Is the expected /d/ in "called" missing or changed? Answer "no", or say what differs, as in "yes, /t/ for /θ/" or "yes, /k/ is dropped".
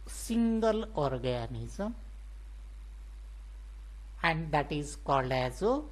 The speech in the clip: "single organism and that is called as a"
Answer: yes, /d/ is dropped